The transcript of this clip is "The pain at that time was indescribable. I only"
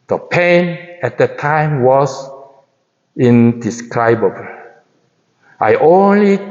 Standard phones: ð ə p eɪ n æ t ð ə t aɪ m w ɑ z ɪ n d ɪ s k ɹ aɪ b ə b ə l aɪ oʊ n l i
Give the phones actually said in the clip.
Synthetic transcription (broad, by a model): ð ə p eɪ n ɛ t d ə t aɪ m w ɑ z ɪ n d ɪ s k ɹ aɪ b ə b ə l aɪ oʊ n l i